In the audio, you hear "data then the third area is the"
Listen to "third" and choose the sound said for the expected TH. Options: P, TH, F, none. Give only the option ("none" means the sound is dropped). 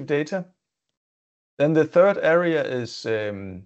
TH